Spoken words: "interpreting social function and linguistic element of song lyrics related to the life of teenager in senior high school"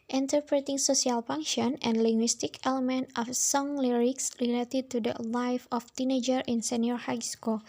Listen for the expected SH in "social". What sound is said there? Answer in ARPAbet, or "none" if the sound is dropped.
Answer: S